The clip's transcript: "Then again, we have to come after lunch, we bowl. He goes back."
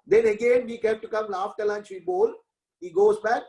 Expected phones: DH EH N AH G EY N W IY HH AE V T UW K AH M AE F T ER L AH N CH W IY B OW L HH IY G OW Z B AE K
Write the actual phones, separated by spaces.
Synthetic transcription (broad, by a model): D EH N AH G EY N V IY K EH P T UW K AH M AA F T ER L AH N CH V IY B OW L HH IY G OW Z B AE K